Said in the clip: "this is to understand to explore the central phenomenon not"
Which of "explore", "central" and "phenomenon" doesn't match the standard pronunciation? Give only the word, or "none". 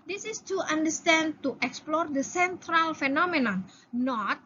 none